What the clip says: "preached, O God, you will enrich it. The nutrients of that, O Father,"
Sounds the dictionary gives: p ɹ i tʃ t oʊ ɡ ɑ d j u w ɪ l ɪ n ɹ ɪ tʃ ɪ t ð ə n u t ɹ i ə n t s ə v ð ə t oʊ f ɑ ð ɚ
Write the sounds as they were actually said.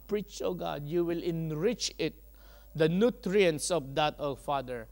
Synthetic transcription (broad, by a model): p ɹ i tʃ oʊ ɡ ɑ d j u w ɪ l ɪ n ɹ ɪ tʃ ɪ t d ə n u t ɹ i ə n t s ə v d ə t oʊ f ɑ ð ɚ